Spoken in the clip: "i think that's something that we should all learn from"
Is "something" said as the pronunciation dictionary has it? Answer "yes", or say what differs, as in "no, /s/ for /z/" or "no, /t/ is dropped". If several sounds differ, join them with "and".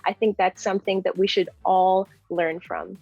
yes